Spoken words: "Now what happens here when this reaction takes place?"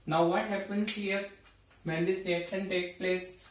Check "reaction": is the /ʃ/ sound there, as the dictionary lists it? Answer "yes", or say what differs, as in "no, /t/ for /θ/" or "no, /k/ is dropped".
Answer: no, /s/ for /ʃ/